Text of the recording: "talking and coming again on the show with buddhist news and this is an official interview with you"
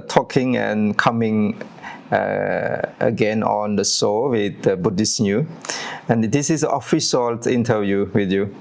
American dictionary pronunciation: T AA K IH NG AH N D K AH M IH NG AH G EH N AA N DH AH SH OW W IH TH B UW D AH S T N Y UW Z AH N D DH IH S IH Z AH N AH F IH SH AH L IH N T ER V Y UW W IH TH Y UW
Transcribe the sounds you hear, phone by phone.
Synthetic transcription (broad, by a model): T AA K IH NG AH N K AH M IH NG AH G EH N AA N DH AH S OW W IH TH B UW D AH S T N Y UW AH N D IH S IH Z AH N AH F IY S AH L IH N T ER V Y UW W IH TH Y UW